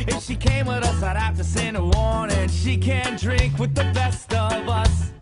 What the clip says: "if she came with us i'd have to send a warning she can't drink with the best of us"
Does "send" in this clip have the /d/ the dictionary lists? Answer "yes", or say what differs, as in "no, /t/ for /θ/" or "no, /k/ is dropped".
no, /d/ is dropped